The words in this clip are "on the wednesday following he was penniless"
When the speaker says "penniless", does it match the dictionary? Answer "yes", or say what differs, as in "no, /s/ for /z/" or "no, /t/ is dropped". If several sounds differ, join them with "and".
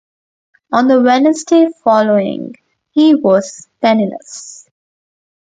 no, /n/ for /l/